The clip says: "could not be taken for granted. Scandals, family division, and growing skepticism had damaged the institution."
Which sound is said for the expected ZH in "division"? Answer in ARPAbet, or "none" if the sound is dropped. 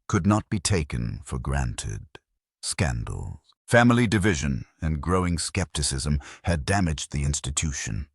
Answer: ZH